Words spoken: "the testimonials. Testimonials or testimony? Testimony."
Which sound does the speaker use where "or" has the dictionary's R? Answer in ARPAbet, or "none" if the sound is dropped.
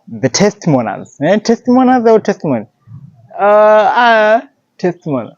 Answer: W